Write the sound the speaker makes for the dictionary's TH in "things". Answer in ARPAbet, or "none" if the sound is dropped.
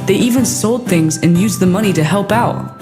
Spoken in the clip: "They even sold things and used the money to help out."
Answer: TH